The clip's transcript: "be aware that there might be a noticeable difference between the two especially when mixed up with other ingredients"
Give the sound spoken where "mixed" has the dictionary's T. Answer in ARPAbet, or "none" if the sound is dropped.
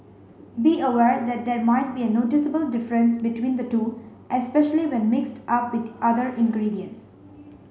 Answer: T